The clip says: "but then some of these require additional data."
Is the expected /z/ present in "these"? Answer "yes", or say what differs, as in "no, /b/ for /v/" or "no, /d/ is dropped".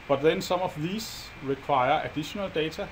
no, /s/ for /z/